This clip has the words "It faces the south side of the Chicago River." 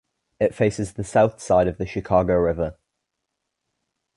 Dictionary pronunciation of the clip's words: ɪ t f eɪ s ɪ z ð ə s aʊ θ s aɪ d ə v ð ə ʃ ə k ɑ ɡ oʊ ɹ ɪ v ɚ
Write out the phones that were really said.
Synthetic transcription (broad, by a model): ɪ t f eɪ s ɪ z ð ə s aʊ θ s aɪ d ə v ð ə ʃ ə k ɑ ɡ oʊ ɹ ɪ v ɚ